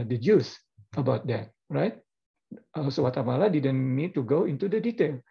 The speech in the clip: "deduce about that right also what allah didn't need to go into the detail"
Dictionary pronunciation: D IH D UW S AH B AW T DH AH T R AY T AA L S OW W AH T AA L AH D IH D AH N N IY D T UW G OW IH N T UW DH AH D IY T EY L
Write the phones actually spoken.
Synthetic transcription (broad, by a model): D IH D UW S AH B AW T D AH T R AY T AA S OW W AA T AA L AH D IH D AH N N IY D T UW G OW IH N T UW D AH D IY T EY L